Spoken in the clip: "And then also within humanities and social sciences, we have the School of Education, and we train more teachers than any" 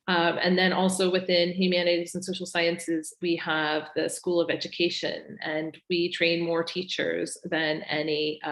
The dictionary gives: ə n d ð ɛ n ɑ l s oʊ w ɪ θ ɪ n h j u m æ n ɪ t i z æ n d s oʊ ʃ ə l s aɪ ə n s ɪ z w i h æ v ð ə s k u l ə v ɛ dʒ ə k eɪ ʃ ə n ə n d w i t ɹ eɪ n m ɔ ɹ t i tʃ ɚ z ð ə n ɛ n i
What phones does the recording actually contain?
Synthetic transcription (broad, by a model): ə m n ð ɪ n ɑ l s oʊ w ɪ θ ɪ n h j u m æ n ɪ t i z n s oʊ ʃ l s aɪ ə n s ɪ z w i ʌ v ð ə s k u l ə v ɛ dʒ ə k eɪ ʃ ə n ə n w i t ɹ eɪ n m ɔ ɹ t i tʃ ɚ z ð ə n ɛ n i